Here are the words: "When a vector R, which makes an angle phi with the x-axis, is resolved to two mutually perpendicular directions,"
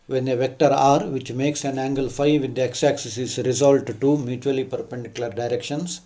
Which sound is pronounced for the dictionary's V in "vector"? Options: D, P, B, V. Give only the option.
V